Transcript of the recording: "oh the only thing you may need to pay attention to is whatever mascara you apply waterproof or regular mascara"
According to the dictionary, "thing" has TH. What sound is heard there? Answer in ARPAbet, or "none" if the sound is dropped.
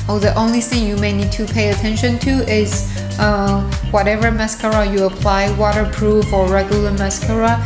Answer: TH